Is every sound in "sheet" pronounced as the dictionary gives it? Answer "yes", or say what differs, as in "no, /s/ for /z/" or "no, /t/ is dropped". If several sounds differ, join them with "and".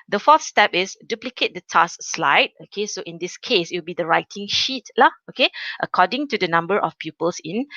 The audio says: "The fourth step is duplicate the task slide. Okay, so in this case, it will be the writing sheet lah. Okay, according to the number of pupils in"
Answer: yes